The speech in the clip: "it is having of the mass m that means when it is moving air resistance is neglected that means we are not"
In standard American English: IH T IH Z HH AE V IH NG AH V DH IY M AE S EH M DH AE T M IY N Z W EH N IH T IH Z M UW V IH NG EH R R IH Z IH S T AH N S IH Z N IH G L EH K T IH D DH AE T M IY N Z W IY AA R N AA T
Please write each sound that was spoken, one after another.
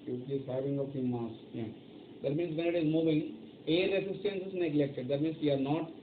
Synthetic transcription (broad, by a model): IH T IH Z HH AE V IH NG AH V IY M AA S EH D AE T M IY N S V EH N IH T IH Z M UW V IH NG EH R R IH S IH S T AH N S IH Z N IH G L EH K T IH D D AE T M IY N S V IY AA R N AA T